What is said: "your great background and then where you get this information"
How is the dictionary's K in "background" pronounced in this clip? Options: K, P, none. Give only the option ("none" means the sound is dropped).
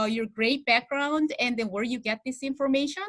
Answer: K